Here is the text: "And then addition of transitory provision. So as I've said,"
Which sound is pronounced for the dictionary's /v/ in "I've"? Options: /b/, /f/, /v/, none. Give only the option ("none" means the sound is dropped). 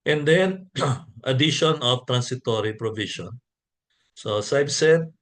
/b/